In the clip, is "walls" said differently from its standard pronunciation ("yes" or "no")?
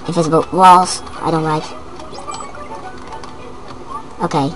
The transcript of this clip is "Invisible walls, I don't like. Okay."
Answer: no